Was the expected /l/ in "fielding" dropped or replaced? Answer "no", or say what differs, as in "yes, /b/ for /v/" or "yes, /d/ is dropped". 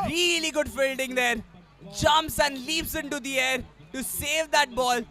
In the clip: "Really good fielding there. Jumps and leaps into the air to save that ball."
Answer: no